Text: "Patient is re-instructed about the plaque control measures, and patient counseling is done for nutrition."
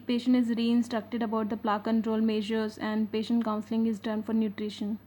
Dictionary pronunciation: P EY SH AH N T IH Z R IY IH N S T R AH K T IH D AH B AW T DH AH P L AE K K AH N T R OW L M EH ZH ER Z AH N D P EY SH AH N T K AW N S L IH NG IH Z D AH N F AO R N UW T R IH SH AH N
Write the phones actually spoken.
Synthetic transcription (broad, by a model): P EY SH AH N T IH Z R IY IH N S T R AH K T IH D AH B AW T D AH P L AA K K AH N T R OW L M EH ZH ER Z AH N D P EY SH AH N T K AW N S L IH NG IH Z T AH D F AO R N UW T R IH SH AH N